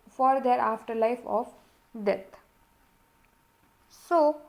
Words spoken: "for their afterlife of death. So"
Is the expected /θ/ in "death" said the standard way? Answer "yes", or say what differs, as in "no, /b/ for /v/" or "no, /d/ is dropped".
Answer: no, /t/ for /θ/